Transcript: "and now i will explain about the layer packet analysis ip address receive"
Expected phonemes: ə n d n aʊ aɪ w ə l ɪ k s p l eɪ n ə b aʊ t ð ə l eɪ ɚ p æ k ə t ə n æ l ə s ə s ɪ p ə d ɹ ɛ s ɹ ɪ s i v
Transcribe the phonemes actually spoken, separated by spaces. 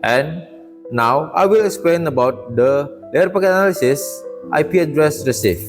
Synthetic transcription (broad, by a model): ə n n aʊ aɪ w ə l ɪ k s p l eɪ n ə b aʊ t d ə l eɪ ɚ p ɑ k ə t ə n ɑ l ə s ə s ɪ p ə d ɹ ɛ s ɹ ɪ s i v